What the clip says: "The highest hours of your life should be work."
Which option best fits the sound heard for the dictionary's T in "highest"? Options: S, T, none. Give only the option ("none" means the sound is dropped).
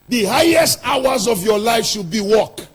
T